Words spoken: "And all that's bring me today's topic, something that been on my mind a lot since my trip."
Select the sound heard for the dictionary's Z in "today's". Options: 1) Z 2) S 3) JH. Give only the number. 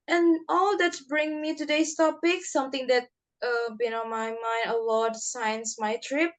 2